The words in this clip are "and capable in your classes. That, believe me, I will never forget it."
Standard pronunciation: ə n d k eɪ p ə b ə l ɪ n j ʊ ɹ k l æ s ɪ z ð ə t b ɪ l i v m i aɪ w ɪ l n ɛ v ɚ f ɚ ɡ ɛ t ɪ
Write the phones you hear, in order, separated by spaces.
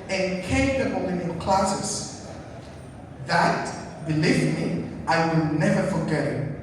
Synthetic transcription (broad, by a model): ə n k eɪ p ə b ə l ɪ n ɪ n k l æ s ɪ s ð ə t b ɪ l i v m i aɪ w ɪ l n ɛ v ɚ f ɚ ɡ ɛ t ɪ